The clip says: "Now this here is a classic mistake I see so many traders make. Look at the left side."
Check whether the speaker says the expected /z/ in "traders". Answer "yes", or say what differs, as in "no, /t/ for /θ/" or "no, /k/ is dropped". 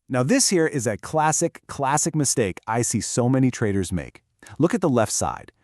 yes